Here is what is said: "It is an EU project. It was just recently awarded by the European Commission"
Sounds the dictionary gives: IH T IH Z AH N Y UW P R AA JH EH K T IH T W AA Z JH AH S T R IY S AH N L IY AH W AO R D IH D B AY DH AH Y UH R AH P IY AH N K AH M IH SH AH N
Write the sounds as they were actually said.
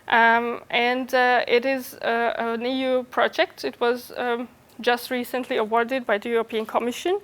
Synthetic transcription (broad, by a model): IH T IH Z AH N Y UW P R AA JH EH K T IH T W AA Z JH AH S T R IY S AH N L IY AH W AO R D IH D B AY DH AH Y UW R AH P IY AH N K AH M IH SH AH N